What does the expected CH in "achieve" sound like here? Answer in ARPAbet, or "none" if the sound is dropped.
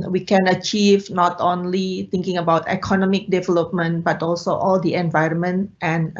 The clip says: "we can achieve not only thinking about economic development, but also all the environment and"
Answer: CH